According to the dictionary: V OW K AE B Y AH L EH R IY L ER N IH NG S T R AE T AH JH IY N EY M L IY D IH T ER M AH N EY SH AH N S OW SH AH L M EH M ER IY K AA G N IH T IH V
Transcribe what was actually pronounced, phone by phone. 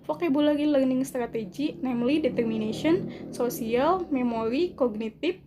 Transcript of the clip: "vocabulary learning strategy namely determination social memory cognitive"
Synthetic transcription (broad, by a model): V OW K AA B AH L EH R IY L ER N IH NG S T R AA T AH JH IY N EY M L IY D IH T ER M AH N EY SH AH N S OW S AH L M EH M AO IY K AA G N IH T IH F